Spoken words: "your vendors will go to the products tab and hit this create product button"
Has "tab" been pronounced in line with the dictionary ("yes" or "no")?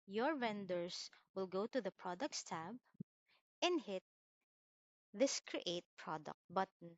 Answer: yes